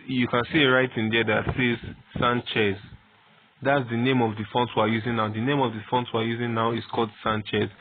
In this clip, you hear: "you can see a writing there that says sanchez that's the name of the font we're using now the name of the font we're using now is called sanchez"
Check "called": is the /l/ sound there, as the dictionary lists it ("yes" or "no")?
yes